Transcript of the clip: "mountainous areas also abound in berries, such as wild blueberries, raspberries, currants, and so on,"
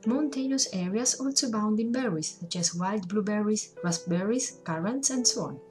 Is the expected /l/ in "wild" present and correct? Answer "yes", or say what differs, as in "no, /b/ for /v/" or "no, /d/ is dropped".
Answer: yes